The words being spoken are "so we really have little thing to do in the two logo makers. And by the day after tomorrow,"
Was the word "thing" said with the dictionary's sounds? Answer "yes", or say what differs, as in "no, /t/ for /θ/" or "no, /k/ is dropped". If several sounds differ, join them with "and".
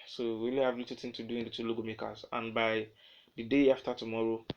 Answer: no, /t/ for /θ/